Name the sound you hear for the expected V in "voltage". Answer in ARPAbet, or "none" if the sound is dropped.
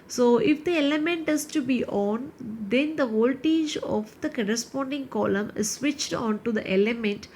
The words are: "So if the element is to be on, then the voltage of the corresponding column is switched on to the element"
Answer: V